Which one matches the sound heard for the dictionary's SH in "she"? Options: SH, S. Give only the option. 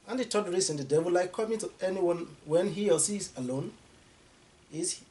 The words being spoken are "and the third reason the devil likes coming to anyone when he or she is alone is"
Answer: S